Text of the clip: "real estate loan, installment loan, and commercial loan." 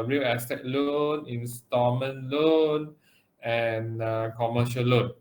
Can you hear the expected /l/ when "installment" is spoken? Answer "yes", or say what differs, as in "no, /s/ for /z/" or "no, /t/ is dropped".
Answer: no, /l/ is dropped